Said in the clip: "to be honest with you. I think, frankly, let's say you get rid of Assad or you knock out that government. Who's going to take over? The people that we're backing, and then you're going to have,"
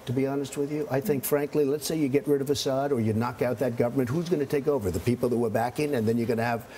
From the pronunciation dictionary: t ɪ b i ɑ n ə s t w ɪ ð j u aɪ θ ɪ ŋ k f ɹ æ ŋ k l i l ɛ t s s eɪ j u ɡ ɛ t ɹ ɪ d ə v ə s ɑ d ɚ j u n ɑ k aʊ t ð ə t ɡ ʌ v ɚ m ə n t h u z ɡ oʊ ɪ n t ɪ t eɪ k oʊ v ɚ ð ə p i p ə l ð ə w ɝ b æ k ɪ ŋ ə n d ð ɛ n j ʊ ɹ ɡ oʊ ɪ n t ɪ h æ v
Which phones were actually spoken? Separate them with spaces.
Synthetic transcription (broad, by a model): t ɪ b i ɑ n ə s t w ɪ ð j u aɪ θ ɪ ŋ k f ɹ æ ŋ k l i l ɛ t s s eɪ j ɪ ɡ ɛ t ɹ ɪ d ə v ə s ɑ d ɚ j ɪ n ɑ k aʊ t ð ə t ɡ ʌ v ɚ m ə n t h u z ɡ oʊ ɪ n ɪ t eɪ k oʊ v ɚ ð ə p i p l ð ə w ɝ b æ k ɪ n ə n ð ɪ n j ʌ ɹ ɡ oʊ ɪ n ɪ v